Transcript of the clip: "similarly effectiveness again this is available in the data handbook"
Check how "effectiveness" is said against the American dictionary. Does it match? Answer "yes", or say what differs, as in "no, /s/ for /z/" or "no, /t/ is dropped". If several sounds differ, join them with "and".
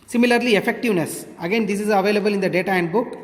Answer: yes